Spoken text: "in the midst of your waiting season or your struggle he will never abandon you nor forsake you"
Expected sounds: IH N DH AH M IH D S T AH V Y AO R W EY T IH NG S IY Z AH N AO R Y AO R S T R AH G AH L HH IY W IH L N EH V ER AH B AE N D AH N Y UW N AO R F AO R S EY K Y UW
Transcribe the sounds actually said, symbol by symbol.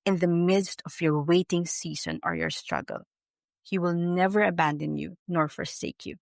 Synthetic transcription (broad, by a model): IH N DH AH M IH D S T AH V Y AO R W EY T IH NG S IY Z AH N AO R Y AO R S T R AH G AH L HH IY W IH L N EH V ER AH B AE N D AH N Y UW N AO R F AO R S EY K Y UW